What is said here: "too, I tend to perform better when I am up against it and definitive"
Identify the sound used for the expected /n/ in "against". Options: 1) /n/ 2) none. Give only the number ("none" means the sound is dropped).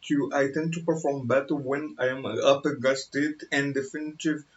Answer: 2